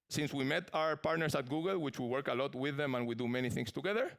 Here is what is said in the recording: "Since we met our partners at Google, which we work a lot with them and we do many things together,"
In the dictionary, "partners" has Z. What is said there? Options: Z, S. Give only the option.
S